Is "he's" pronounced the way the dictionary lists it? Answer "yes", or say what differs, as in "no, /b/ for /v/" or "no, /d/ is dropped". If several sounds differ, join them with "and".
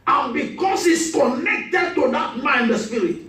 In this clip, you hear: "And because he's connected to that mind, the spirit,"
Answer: no, /s/ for /z/